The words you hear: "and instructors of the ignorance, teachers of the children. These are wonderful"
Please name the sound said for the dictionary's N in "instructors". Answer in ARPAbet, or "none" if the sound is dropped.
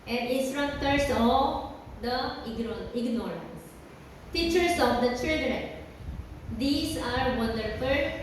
none